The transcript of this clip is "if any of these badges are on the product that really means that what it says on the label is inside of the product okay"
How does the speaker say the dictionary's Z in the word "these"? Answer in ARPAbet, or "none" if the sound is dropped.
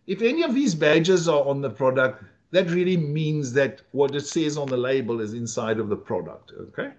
Z